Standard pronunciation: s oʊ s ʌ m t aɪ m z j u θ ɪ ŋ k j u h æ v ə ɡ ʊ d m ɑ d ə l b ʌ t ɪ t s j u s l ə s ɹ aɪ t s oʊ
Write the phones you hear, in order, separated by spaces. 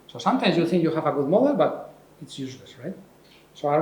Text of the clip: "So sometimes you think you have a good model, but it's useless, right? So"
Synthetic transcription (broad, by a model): s oʊ s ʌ m t aɪ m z j u θ ɪ ŋ k j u h æ v ə ɡ ʊ d m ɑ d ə b ʌ t ɪ t s j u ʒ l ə s ɹ aɪ t s oʊ